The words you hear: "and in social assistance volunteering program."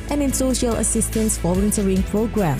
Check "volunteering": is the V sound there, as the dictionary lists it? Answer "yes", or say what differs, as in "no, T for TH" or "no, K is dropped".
no, F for V